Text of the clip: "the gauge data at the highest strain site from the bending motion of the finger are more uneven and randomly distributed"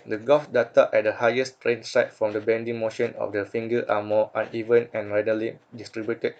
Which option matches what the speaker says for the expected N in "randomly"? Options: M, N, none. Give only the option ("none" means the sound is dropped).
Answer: none